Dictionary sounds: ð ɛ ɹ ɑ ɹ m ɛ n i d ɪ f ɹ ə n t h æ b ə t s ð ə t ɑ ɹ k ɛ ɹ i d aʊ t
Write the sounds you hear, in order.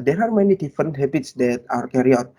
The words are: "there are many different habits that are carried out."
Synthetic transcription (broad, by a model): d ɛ ɹ ɑ ɹ m ɛ n i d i f ɹ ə n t h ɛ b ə t s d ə t ɑ ɹ k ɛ ɹ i ɔ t